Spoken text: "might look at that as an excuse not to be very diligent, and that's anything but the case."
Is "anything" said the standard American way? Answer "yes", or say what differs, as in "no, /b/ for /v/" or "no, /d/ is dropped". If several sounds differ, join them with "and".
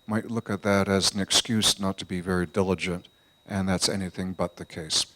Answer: yes